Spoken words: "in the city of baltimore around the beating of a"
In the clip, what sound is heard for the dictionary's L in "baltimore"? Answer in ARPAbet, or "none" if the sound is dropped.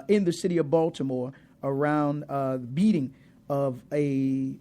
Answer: L